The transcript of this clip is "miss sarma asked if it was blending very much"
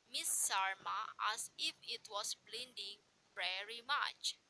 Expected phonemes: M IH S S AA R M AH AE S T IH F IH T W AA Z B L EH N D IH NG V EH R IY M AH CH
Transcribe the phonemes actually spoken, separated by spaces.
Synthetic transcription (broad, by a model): M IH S S AA R M AH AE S IH F IH T W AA S B L EH N D IH NG V EH R IY M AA CH